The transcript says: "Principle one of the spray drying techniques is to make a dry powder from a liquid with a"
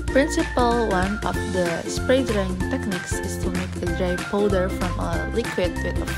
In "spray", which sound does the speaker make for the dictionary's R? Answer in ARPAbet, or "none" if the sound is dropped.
R